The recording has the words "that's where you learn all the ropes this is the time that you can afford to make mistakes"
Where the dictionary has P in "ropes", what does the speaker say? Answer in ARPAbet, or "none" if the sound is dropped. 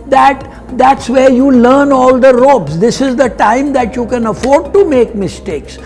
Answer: B